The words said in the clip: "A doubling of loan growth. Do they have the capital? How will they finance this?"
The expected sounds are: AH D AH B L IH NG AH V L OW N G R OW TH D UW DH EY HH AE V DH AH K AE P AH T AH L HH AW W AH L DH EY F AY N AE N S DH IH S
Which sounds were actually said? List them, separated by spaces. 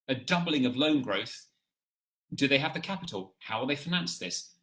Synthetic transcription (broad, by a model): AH D AH B L IH NG AH V L OW N G R OW TH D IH DH EY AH V DH AH K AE P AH T L HH AW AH DH EY F AY N AE N S DH IH S